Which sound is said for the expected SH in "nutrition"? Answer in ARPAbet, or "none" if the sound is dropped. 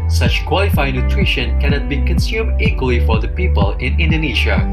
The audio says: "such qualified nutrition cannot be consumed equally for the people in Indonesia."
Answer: SH